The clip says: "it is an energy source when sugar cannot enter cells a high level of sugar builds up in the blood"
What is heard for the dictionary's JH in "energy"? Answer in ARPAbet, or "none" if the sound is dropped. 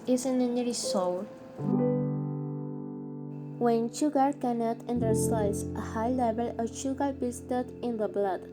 none